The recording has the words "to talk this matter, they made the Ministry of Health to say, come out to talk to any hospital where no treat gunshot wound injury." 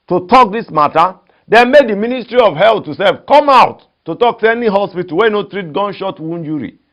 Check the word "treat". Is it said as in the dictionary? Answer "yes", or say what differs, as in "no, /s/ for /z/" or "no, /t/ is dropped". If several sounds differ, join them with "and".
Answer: yes